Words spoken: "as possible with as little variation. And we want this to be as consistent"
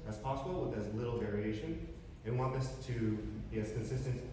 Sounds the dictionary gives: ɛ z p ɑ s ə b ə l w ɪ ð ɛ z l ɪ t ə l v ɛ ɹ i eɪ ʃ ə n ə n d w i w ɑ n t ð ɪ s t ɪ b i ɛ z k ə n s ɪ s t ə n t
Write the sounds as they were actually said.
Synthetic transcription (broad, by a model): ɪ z p ɑ s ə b l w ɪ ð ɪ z l ɪ t l v ɛ ɹ i eɪ ʃ ə n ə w w ɑ n t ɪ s t ɪ b i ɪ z k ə n s ɪ s t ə n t